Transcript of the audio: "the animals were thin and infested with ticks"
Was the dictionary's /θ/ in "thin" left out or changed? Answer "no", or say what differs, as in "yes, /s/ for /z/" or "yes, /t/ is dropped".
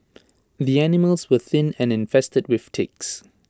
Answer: no